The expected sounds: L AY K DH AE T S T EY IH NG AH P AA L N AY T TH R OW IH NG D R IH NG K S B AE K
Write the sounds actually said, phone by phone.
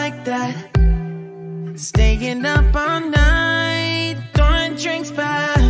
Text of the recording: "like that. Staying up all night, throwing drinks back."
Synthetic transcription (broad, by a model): AY K DH AE T S T EY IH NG AH P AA N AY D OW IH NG D R IH NG K S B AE